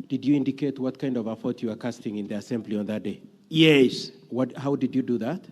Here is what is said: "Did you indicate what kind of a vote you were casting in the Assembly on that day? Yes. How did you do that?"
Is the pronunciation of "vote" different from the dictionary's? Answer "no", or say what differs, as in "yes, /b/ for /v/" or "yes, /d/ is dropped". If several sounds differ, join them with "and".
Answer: yes, /f/ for /v/